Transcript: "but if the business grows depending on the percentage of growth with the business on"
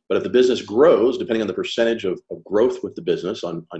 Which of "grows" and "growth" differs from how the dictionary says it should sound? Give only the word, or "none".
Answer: none